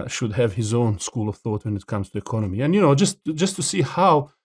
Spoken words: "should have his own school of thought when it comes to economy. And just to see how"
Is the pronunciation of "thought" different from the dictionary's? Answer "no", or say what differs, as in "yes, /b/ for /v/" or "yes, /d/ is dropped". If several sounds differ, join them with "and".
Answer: no